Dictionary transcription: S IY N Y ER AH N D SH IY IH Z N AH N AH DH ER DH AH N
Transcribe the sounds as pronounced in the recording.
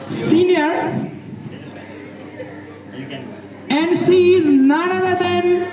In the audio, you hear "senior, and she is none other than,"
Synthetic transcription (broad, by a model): S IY N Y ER AH N D S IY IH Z N AH N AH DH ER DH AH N